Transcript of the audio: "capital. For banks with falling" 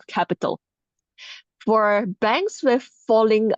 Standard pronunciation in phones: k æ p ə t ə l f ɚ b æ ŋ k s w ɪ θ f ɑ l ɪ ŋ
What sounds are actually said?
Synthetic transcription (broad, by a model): k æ p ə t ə l f ɚ b æ ŋ k s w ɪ f ɑ l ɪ ŋ